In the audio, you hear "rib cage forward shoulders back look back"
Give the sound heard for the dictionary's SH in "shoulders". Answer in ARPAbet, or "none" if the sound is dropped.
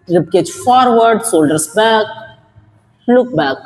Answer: S